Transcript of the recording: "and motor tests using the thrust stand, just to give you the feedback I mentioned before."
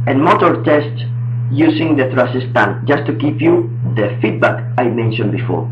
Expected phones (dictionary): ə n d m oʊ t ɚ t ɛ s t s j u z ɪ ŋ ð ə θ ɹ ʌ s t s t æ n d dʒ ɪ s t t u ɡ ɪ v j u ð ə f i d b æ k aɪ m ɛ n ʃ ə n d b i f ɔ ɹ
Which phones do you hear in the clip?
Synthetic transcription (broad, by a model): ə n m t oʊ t t ɛ s t s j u s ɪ ŋ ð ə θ ɹ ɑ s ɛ s t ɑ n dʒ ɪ s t t u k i p j u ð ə f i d b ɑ k aɪ m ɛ n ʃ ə n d b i f ɔ ɹ